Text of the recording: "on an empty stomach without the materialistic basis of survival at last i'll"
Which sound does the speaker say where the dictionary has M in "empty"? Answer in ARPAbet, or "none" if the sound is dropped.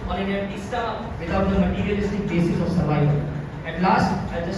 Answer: none